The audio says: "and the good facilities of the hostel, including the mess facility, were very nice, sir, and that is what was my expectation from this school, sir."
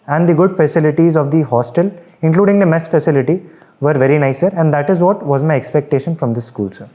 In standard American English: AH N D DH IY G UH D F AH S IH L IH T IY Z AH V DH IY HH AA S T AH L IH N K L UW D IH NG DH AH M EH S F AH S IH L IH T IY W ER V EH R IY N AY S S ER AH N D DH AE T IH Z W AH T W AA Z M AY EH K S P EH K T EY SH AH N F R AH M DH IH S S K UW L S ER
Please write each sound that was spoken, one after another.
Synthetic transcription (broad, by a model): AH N D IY G UH D F AH S IH L IH T IY Z AH V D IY HH AA S T AH L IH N K L UW D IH NG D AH M EH S F AH S IH L IH T IY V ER V EH R IY N AY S S ER AH N D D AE T IH Z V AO T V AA Z M AY EH K S P EH K T EY SH AH N F R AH M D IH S S K UW L S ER